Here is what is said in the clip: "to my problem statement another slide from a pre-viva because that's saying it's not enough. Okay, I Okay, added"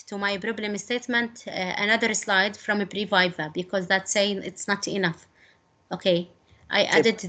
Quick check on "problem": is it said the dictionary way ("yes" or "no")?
no